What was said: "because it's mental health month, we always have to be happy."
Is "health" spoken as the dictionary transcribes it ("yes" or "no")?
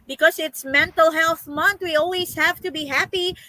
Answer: yes